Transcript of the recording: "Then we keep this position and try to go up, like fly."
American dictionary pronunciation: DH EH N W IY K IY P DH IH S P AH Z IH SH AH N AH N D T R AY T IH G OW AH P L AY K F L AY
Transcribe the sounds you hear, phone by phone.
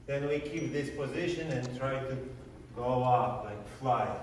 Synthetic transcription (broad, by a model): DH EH N W IY K IY P DH IH S P AH Z IH SH AH N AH N T R AY T IH G OW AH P L AY K F L AY